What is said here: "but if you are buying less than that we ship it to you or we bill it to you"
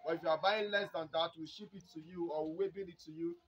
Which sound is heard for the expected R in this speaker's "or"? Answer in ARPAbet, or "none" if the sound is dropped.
W